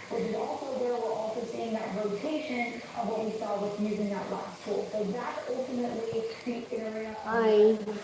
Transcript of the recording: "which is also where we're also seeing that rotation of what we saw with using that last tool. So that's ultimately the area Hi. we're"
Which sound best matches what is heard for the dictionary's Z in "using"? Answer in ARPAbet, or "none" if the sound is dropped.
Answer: Z